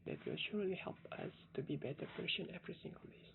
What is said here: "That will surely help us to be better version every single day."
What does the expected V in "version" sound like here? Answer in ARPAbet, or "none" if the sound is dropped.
P